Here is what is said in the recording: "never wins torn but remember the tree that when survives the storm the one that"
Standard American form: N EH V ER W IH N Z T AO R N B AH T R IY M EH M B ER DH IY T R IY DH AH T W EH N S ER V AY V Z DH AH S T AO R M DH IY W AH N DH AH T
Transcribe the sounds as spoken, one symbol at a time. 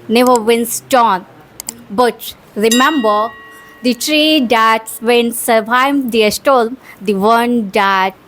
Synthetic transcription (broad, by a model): N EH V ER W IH N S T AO N B AH T R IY M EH M B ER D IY T R IY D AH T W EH N S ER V AY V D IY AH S T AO L M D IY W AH N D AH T